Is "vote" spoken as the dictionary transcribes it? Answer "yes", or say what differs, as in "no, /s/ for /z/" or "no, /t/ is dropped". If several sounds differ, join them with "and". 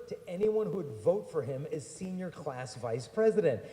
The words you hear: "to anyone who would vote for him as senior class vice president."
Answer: yes